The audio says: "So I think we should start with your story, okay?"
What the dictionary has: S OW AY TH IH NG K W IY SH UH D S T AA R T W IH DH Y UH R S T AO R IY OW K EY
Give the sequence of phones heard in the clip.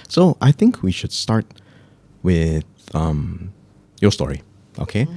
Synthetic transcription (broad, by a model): S OW AY TH IH NG K W IY SH UH D S T AA R T W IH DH Y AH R S T AO R IY OW K EY